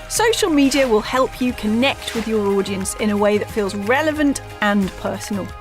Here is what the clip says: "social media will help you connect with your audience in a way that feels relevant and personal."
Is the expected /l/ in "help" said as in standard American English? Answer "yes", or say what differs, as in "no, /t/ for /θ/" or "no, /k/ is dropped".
yes